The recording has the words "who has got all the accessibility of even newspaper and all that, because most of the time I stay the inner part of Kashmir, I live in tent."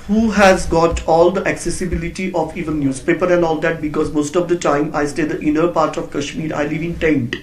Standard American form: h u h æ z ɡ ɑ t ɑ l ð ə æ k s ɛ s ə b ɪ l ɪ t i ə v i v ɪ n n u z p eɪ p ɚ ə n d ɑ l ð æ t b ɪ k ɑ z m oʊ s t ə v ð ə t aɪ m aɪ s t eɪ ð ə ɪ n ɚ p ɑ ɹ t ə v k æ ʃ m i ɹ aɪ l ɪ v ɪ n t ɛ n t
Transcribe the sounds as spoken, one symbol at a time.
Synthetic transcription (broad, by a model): h u h æ z ɡ ɑ t ɑ l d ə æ k s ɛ s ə b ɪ l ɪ t i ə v i v ɪ n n u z p eɪ p ɚ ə n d ɑ l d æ t b ɪ k ɑ z m oʊ s t ə v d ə t aɪ m aɪ s t eɪ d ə ɪ n ɚ p ɑ ɹ t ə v k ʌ ʃ m i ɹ aɪ l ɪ v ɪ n t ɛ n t